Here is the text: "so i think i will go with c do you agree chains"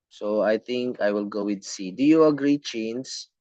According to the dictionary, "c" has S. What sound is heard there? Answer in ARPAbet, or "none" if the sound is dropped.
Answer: S